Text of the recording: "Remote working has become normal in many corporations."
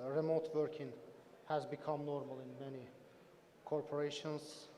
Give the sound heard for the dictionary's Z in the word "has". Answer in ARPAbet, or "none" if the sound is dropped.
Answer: Z